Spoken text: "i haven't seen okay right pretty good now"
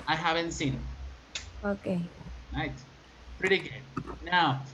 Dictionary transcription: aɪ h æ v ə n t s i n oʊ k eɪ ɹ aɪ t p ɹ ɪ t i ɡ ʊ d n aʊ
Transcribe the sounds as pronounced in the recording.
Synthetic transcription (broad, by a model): aɪ h æ v ə n t s i n oʊ k eɪ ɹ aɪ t p ɹ ɪ t i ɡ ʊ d n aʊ